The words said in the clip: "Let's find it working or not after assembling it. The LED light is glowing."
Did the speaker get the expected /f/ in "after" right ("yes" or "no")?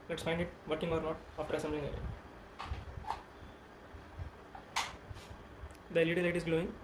no